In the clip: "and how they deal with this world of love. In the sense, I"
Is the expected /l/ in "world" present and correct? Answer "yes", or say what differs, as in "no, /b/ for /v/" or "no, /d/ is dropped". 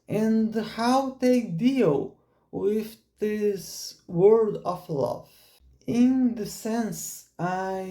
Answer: no, /l/ is dropped